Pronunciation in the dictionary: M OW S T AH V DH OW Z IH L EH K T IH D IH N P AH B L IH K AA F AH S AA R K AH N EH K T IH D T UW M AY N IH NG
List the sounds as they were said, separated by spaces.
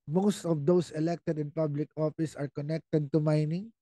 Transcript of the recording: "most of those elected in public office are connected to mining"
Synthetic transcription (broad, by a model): M OW S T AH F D OW S IH L EH K T IH D IH N P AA B L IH K AA F AH S AA R K AH N EH K T IH D T UW M AY N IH NG